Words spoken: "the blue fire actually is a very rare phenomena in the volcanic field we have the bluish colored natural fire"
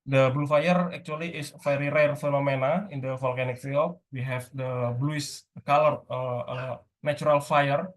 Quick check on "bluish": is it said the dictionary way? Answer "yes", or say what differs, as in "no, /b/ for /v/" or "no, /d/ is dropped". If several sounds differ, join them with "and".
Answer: no, /s/ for /ʃ/